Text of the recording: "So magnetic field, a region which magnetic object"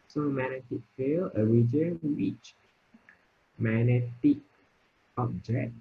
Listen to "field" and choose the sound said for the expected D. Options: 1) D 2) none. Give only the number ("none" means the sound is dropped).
2